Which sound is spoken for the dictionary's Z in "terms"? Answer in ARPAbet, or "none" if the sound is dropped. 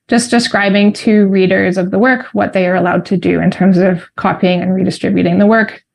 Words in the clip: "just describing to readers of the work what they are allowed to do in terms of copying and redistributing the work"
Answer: Z